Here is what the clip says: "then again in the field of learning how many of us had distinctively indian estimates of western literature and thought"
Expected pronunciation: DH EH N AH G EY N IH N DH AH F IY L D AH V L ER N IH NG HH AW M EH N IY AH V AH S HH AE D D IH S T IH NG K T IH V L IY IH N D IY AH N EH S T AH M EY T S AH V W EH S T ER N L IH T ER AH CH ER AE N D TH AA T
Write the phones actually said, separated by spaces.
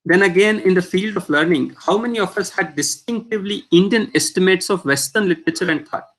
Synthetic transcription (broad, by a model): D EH N AH G EY N IH N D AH F IY L D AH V L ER N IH NG HH AW M EH N IY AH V AH S HH AE D D IH S T IH NG K T IH V L IY IH N D IY AH N EH S T AH M EY T S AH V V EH S T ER N L IH T ER AH CH ER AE N D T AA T